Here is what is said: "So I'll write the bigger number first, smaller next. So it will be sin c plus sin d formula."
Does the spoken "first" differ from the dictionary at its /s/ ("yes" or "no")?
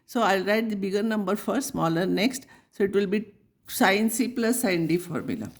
yes